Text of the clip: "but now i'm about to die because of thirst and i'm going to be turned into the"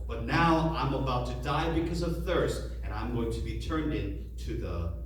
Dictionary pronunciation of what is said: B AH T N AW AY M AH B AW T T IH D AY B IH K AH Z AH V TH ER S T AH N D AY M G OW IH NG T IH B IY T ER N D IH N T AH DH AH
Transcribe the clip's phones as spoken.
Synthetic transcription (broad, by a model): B AH T N AW AY M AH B AW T T IH D AY B IH K AH Z AH V TH ER S T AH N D AY M G OW IH NG T IH B IY T ER N D IH N T AH DH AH